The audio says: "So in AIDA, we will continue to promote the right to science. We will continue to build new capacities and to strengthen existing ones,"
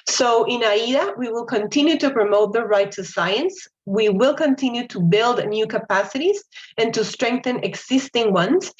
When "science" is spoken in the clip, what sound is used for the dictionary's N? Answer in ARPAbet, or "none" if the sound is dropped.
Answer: N